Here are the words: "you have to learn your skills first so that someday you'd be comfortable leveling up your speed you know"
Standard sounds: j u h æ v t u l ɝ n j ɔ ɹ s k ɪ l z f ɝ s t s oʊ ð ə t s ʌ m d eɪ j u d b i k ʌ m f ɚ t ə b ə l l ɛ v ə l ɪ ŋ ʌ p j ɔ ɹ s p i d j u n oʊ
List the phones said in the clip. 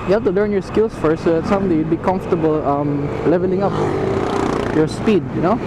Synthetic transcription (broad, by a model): j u h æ f t u l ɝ n j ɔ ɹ s k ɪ l s f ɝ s s oʊ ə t s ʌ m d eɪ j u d b i k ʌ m f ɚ t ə b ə l l ɛ v ə l ɪ ŋ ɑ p j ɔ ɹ s p i d j u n oʊ